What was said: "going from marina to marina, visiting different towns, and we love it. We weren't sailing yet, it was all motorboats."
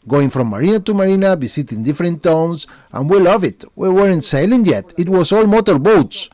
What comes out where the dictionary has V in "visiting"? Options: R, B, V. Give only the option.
B